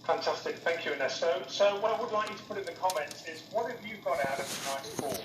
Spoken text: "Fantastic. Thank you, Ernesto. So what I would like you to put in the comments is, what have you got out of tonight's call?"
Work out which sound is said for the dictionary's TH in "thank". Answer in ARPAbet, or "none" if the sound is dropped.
TH